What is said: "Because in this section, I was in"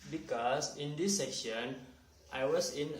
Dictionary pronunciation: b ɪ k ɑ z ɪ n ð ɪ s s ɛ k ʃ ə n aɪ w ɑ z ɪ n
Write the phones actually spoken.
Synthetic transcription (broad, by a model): b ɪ k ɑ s ɪ n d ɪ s s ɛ ʃ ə n aɪ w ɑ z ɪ n